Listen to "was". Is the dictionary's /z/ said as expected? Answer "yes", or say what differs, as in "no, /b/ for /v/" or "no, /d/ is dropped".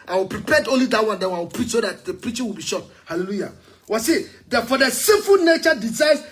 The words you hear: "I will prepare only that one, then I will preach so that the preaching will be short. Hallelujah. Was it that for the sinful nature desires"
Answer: no, /s/ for /z/